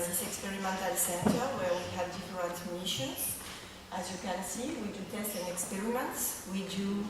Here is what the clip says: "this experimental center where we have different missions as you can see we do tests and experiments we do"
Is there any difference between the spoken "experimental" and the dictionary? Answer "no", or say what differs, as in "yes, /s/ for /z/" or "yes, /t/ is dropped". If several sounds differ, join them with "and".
no